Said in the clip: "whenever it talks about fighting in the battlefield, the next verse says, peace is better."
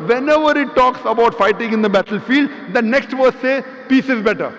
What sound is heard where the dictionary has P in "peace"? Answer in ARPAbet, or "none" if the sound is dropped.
P